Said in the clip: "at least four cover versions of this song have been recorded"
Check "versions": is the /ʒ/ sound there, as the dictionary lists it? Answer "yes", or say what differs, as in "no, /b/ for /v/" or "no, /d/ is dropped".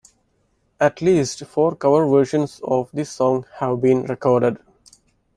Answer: no, /ʃ/ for /ʒ/